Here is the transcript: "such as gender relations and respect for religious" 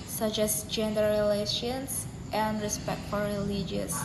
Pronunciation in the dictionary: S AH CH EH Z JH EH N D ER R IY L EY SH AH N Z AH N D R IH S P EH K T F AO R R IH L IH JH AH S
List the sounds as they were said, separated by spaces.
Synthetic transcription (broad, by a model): S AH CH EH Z JH EH N D ER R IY L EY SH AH N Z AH N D R IH S P EH K T F AO R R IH L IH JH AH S